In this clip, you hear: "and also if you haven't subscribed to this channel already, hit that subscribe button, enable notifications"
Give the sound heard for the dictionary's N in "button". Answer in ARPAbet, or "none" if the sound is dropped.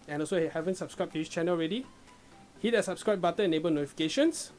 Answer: none